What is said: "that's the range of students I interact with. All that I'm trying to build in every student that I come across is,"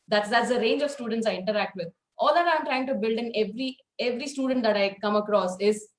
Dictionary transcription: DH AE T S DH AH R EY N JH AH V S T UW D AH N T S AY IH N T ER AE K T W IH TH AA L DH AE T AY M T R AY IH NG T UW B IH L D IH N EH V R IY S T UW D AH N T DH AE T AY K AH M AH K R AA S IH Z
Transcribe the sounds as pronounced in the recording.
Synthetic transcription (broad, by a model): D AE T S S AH R EY N JH AH V S T UW D AH N T S AY IH N T ER AE K T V IH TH AA L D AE T AY M T R AY IH NG T UW B IH L D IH N EH V R IY S T UW D AH N T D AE T AY K AH M AH K R AA S IH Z